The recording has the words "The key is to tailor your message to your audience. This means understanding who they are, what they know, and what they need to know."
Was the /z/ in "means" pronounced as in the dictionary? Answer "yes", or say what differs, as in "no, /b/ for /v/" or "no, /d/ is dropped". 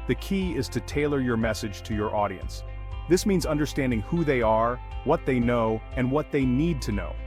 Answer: yes